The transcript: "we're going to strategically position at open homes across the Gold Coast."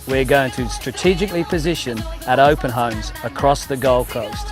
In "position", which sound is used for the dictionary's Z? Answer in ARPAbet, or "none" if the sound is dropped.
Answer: Z